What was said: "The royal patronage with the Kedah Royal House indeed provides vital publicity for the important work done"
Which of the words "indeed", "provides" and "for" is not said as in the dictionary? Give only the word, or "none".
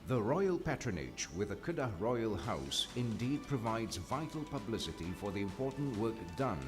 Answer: none